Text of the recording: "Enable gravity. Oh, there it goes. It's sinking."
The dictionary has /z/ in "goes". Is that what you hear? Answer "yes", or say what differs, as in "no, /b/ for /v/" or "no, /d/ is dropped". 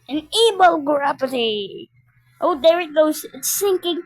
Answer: no, /z/ is dropped